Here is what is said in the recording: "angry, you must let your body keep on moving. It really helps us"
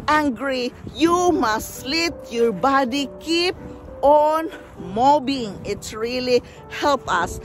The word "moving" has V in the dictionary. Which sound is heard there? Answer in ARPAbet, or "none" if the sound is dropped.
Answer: B